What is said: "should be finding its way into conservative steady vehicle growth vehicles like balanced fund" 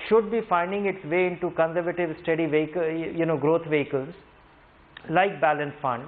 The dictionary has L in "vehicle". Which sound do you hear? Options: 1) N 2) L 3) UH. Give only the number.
1